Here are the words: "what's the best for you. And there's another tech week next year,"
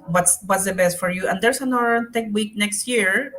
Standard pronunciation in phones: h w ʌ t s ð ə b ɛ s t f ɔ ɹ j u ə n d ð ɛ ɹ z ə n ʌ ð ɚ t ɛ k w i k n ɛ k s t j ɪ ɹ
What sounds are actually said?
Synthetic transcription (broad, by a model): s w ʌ t s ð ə b ɛ s t f ɔ ɹ j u ə n d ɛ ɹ s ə n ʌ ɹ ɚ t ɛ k w i k n ɛ k s t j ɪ ɹ